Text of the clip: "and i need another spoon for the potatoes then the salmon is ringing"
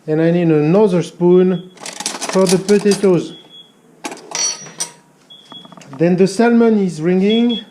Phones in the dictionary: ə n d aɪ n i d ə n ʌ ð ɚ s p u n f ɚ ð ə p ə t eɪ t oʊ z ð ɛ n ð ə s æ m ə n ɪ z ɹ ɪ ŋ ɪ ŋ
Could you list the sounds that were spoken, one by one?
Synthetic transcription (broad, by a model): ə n aɪ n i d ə n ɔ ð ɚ s p u n f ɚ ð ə p ə t eɪ t oʊ z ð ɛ n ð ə s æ m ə n ɪ z ɹ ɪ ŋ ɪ ŋ